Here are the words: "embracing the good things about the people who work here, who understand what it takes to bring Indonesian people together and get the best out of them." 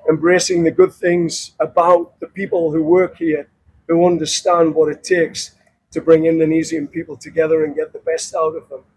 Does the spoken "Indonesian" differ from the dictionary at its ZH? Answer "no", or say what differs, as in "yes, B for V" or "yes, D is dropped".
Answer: yes, Z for ZH